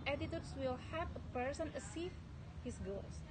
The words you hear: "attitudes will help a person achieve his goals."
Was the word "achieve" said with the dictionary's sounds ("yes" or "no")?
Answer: no